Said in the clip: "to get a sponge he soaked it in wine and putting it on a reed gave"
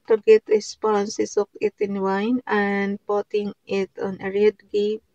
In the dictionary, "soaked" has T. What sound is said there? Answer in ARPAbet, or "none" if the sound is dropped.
none